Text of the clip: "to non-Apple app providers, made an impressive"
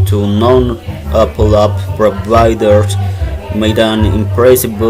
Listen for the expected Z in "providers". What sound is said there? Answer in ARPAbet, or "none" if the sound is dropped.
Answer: none